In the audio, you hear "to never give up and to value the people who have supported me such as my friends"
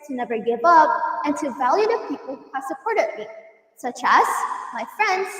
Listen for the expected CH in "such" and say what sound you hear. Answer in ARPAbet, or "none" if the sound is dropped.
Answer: CH